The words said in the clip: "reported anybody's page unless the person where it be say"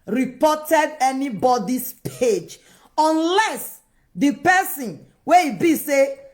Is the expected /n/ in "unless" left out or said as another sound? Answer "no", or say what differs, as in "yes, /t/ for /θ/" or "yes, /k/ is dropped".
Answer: no